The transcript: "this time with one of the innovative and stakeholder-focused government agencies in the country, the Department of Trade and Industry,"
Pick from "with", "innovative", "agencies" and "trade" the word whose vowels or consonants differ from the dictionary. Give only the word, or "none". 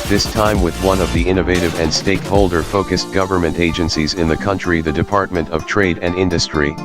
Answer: none